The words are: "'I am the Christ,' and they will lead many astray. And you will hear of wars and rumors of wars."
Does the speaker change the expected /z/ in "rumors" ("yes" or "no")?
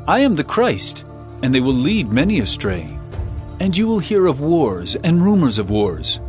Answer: no